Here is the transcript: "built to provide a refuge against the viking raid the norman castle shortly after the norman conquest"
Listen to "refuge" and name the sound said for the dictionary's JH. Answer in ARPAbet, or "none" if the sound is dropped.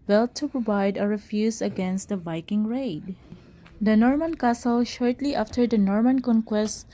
Z